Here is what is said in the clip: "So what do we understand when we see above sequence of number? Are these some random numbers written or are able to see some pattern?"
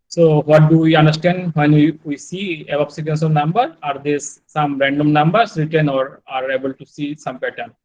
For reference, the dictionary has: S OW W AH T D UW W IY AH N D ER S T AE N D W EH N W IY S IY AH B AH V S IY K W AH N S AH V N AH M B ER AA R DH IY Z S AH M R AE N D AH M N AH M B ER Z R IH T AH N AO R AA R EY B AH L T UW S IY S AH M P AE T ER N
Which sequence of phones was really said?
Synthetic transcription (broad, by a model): S OW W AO T D UW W IY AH N D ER S T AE N D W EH N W IY S IY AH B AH P S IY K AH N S AH V N AH M B ER AA R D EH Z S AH M R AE N D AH M N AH M B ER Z R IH T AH N AO R AA R EY B AH L T UW S IY S AH M P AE T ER N